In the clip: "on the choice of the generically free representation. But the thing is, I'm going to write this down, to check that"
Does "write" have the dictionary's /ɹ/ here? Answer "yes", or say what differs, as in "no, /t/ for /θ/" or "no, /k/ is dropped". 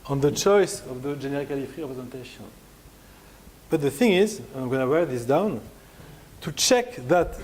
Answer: no, /w/ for /ɹ/